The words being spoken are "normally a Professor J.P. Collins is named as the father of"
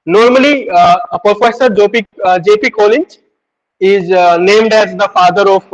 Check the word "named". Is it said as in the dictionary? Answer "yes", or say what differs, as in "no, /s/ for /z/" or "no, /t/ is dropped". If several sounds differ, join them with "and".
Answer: yes